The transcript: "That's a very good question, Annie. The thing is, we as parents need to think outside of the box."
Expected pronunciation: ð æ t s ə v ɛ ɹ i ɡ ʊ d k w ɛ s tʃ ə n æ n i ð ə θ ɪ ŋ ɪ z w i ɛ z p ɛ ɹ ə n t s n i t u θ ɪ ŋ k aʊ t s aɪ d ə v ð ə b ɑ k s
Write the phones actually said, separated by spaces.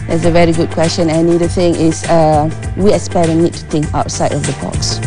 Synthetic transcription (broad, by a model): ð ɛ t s ə v ɛ ɹ i ɡ ʊ d k w ɛ s tʃ ə n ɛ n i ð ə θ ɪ ŋ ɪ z w i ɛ s p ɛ ə t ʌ n i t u t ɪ ŋ k aʊ t s aɪ d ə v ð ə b ɑ k s